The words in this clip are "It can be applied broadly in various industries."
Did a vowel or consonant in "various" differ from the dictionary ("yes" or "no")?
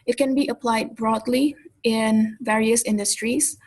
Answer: no